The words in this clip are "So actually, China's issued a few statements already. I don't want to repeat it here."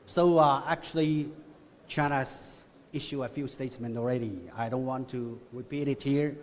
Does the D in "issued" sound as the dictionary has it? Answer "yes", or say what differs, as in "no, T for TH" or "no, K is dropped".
no, D is dropped